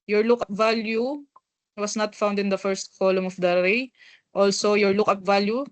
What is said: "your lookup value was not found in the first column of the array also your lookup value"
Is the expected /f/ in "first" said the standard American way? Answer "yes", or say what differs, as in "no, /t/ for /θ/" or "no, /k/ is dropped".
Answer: yes